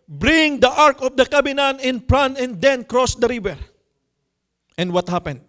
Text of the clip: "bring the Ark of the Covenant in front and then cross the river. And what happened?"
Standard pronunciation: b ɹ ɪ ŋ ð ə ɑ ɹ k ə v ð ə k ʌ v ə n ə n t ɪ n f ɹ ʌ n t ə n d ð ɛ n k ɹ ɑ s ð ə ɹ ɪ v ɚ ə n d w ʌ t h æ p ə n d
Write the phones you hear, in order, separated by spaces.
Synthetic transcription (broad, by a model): b ɹ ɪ ŋ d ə ɑ ɹ k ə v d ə k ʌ b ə n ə n ɪ n p ɹ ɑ n ə n d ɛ n k ɹ ɑ s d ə ɹ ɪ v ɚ ə n d w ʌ t h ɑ p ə n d